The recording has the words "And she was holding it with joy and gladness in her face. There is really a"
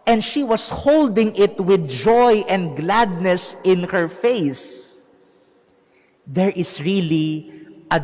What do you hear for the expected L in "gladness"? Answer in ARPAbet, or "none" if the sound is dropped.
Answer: L